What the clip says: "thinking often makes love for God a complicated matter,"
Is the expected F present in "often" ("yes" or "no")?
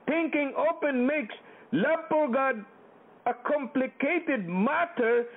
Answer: no